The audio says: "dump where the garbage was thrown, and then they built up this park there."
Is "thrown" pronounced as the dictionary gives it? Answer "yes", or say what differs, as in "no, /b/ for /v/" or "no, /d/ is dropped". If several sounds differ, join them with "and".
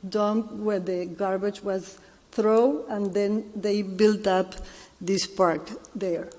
no, /n/ is dropped